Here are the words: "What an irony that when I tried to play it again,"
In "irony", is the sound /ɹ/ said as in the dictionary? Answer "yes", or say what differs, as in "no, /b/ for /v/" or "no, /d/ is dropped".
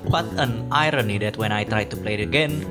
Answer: yes